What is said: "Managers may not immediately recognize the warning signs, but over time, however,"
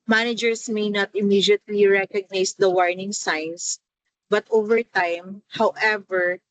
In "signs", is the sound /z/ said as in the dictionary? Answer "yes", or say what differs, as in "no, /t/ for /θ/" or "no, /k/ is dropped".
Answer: no, /s/ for /z/